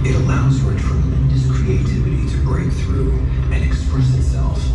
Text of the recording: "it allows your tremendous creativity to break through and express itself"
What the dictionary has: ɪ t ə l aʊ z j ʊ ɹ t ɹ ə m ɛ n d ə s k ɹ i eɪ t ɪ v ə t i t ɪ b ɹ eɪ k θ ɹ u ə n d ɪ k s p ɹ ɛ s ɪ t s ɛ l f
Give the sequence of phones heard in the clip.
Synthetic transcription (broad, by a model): ɪ t ə l aʊ z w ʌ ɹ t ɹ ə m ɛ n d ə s k ɹ i eɪ t ɪ v ə t i t ɪ b ɹ eɪ k θ ɹ u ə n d ɪ k s p ɹ ɛ s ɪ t s ɛ l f